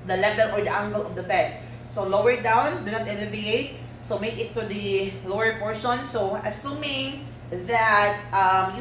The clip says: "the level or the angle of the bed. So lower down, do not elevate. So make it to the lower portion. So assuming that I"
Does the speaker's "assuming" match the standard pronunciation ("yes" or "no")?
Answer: yes